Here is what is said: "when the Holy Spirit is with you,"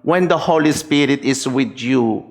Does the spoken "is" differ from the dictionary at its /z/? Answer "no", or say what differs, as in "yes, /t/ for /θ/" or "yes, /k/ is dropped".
yes, /s/ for /z/